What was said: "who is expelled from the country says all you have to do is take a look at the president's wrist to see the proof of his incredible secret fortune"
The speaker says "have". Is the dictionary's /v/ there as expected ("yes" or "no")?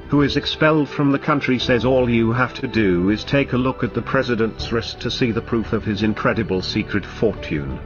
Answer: no